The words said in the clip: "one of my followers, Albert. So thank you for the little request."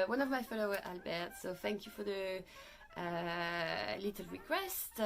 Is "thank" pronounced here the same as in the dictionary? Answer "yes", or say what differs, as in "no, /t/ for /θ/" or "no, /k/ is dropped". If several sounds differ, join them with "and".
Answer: yes